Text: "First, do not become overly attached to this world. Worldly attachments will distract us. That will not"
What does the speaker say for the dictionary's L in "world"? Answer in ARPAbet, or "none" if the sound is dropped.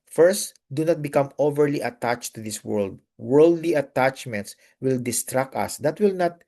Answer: L